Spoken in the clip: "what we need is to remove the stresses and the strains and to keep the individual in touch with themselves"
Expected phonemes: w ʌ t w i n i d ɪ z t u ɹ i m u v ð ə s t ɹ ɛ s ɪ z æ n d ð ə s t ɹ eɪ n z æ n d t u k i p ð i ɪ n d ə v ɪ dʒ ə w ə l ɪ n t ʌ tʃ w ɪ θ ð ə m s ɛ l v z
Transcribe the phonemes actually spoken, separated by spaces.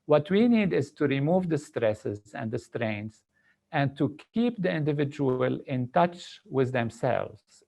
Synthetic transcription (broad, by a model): w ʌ t w i n i d ɪ z t u ɹ i m u v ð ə s t ɹ ɛ s ɪ z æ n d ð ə s t ɹ eɪ n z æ n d t u k i p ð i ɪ n d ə v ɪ dʒ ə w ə l ɪ n t ʌ tʃ w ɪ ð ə m s ɛ l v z